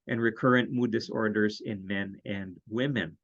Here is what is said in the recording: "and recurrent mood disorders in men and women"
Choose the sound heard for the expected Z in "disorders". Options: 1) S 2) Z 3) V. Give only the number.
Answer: 2